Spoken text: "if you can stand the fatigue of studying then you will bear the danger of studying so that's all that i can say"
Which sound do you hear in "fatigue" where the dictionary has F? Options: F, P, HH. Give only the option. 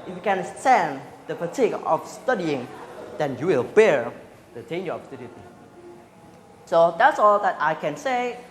P